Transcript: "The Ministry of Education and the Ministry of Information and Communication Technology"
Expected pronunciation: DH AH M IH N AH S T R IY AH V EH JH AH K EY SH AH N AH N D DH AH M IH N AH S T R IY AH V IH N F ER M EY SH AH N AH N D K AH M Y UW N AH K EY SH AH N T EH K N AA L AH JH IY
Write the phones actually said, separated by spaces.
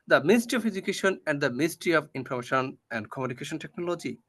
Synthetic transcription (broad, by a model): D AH M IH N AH S T R IY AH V EH JH AH K EY SH AH N AH N D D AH M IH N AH S T R IY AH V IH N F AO M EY SH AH N AH N D K AH M Y UW N AH K EY SH AH N T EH K N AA L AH JH IY